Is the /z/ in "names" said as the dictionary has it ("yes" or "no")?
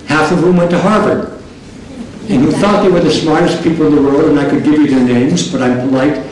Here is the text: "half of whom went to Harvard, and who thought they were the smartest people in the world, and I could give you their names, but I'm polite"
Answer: yes